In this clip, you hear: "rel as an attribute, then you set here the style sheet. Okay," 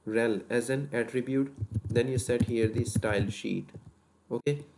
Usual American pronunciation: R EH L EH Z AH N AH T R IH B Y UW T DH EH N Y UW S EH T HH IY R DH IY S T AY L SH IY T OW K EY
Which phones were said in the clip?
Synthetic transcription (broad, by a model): R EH L EH Z AH N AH T R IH B Y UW T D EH N Y UW S EH T HH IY R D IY S T AY L SH IY T OW K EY